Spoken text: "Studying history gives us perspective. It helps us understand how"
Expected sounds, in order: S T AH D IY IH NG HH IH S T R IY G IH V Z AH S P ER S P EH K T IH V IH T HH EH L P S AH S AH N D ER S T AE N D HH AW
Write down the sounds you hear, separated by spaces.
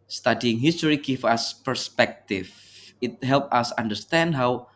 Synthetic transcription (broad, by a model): S T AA D IY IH NG HH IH S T R IY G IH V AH S P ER S P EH K T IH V IH T HH EH L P AH S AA N D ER S T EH N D HH AW